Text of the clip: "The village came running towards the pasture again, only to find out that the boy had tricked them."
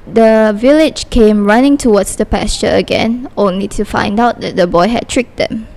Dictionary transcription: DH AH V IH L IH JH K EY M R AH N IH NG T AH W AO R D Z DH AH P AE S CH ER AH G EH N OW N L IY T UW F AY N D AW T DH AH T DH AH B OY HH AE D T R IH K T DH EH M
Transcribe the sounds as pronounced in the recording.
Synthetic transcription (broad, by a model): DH AH V IH L IH JH K EY M R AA N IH NG T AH W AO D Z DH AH P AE S CH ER AH G EH N OW N L IY T UW F AY N D AW T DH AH T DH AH B OY HH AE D T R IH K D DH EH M